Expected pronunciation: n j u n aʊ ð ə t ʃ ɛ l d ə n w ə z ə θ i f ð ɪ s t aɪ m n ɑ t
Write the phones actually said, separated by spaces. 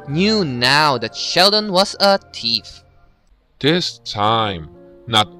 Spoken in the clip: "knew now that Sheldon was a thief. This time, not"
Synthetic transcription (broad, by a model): n j u n aʊ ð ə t ʃ ɛ l d ə n w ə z ə t i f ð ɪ s t aɪ m n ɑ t